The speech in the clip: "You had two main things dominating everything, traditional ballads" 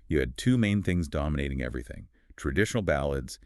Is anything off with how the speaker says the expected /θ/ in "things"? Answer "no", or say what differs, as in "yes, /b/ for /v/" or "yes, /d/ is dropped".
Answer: no